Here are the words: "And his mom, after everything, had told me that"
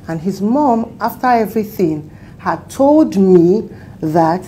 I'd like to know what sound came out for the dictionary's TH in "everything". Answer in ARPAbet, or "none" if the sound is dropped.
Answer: TH